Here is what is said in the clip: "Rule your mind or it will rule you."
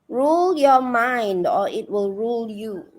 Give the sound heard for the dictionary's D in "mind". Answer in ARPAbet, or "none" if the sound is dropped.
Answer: D